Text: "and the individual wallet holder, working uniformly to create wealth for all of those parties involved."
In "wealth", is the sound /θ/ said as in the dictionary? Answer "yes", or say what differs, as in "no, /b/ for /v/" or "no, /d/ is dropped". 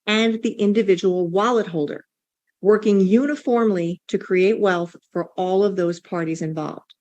yes